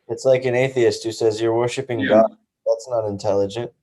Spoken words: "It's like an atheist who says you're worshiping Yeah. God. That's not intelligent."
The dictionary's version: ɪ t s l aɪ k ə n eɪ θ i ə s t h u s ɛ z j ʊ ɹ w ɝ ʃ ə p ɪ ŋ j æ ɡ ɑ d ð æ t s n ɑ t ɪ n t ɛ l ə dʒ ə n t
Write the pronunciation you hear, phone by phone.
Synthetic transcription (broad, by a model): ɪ t s l aɪ k ə n eɪ θ i ə s t h u s ɛ z j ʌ ɹ w ɝ ʃ ə p ɪ ŋ ɡ ɑ d ð æ t s n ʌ t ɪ n t ɛ l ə dʒ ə n t